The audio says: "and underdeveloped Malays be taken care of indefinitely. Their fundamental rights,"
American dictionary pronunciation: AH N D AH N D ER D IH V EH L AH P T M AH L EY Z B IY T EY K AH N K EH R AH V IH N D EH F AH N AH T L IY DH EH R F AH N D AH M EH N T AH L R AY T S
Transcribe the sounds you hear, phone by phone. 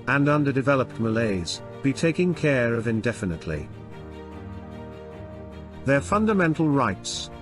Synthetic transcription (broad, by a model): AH N AH N D ER D IH V EH L AH P T M AH L EY Z B IY T EY K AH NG K EH R AH V IH N D EH F AH N AH T L IY DH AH R F AH N D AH M EH N T L R AY T S